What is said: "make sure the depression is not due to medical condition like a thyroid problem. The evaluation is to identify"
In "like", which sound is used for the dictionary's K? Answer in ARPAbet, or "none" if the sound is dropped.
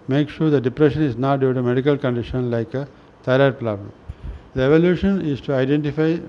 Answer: K